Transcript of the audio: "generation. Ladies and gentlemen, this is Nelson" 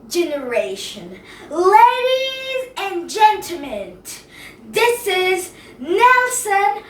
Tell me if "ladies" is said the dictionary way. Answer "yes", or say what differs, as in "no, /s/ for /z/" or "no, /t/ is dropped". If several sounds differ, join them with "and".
yes